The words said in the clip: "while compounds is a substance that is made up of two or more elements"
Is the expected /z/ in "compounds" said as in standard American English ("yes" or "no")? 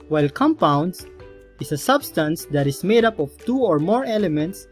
no